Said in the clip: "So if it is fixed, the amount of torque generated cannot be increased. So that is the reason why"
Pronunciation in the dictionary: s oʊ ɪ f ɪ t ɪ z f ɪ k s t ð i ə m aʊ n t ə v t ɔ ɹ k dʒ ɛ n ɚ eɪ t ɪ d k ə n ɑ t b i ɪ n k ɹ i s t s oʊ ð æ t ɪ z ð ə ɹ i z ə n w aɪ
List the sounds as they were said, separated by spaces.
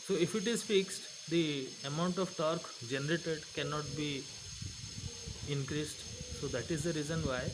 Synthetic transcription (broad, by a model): s oʊ ɪ f ɪ t ɪ z f ɪ k s t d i ə m aʊ n t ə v t ɔ ɹ k dʒ ɛ n ɚ eɪ t ɪ d k ə n ɑ t b i ɪ n k ɹ i s t s oʊ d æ t ɪ z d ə ɹ i z ə n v aɪ